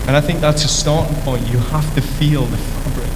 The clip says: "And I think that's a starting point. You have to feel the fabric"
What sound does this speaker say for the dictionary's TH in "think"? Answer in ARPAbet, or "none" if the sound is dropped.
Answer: TH